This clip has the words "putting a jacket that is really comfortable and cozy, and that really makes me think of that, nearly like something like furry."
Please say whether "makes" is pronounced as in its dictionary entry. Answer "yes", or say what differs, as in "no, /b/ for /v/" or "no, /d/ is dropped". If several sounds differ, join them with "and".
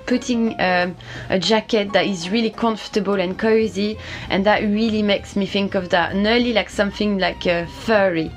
yes